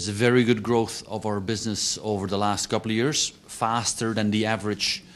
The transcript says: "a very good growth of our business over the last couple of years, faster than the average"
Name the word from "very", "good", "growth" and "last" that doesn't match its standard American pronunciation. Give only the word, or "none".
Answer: none